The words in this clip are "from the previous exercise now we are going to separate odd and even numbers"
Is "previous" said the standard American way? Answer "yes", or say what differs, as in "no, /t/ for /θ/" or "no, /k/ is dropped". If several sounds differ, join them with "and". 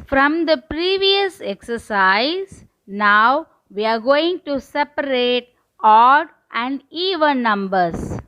yes